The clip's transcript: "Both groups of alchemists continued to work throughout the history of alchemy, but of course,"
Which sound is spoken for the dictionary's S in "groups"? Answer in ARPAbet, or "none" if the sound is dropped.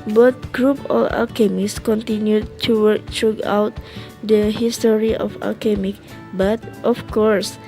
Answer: none